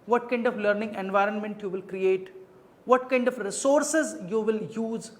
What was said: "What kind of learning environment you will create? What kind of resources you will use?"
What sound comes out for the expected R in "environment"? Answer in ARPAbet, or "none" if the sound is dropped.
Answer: R